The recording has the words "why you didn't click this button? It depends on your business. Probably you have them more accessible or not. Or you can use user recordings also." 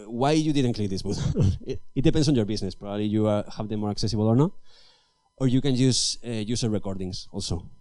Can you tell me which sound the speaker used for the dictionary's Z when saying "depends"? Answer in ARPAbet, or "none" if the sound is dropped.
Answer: S